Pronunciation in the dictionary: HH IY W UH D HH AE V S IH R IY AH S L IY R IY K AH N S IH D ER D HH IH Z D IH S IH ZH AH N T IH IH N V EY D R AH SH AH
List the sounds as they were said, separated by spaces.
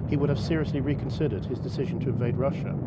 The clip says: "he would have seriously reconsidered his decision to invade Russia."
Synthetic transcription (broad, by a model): HH IY W UH D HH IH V S IH R IY AH S L IY R IY K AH N S IH D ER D IH Z D IH S IH ZH AH N T IH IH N V EY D R AH SH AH